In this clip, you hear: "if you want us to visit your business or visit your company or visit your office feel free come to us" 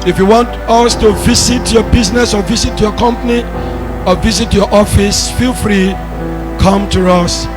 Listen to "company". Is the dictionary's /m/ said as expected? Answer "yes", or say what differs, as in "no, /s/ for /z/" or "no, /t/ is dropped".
yes